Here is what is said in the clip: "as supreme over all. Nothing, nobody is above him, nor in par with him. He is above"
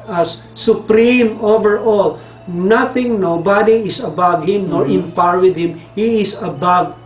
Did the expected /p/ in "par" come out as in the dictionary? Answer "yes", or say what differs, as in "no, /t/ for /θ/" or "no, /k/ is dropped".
yes